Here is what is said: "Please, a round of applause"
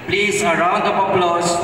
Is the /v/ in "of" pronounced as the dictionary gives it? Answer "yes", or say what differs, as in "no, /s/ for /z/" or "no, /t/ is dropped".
no, /p/ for /v/